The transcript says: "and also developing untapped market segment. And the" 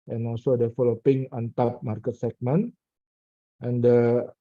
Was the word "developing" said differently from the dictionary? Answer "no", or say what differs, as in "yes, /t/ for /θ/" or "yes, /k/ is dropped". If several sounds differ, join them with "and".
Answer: yes, /f/ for /v/